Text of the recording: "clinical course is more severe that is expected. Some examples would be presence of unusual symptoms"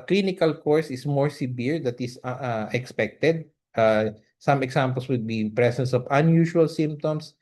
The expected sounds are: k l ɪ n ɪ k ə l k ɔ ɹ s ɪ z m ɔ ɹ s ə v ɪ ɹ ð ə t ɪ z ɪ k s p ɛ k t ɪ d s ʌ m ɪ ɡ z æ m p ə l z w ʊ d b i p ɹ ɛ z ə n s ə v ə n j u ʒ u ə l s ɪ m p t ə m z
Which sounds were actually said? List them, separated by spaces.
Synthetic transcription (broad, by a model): k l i n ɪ k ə l k ɔ ɹ s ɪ s m ɔ ɹ s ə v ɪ ɹ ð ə t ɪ s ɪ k s p ɛ k t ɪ d s ʌ m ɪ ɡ s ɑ m p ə l s w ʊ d b i p ɹ ɛ s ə n s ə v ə n j u ʃ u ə l s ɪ m p t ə m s